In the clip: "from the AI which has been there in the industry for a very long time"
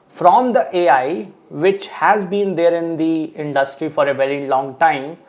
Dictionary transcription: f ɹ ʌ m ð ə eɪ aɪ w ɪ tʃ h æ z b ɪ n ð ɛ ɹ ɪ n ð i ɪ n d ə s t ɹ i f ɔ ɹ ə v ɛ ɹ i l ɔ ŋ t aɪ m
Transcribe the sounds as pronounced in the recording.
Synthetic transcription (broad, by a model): f ɹ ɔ m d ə eɪ aɪ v ɪ tʃ h æ z b ɪ n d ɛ ɹ ɪ n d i ɪ n d ə s t ɹ i f ɔ ɹ ə v ɛ ɹ i l ɔ ŋ t aɪ m